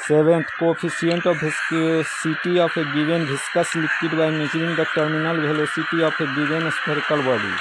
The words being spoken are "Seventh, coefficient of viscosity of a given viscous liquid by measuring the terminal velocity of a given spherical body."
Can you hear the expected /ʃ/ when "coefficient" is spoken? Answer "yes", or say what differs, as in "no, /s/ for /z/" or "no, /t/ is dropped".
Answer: no, /ʃ/ is dropped